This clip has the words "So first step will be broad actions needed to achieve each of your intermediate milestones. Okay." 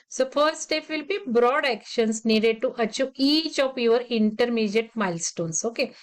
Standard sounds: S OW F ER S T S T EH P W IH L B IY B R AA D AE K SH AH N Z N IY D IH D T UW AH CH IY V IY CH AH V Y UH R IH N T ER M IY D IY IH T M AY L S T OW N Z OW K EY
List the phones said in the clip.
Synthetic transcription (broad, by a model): S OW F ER T S T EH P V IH L B IY B R AA D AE K SH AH N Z N IY D IH D T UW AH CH IY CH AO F AH V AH R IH N T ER M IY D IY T M AY L S T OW N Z OW K EY